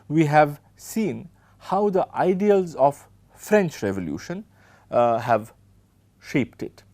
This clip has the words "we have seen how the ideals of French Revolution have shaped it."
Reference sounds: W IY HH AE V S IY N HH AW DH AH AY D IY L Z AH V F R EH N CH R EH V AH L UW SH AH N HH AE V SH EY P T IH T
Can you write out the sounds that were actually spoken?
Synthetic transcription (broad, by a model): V IY HH AE V S IY N HH AW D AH AY D IY L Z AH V F R EH N CH R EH V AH L UW SH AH N HH AE V SH EY P T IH T